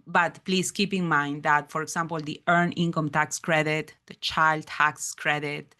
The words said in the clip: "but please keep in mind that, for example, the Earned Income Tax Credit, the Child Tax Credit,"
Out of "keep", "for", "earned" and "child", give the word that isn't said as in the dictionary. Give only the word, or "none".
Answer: earned